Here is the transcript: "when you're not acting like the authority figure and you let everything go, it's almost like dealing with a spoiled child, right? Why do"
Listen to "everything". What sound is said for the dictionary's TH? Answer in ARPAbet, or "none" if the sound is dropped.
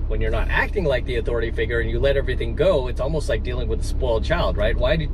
TH